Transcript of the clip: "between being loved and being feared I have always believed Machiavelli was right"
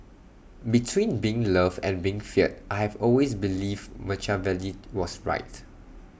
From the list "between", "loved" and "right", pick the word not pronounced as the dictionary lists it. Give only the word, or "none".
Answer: loved